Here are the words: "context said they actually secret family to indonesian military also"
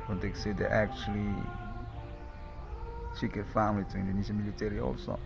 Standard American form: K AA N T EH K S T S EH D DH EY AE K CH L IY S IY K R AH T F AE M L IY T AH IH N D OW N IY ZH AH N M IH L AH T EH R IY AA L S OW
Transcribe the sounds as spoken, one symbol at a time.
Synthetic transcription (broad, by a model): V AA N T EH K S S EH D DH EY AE K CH L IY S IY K AH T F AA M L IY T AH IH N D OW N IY S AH M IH L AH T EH R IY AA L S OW